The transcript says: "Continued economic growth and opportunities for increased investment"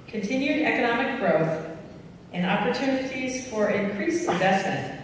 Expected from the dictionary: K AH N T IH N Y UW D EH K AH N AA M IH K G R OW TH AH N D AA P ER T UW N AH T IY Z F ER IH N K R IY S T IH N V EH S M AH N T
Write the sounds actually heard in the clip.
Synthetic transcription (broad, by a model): K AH N T IH N Y UW D EH K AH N AA M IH K G R OW TH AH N AA P ER T UW N AH T IY Z F ER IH N K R IY S IH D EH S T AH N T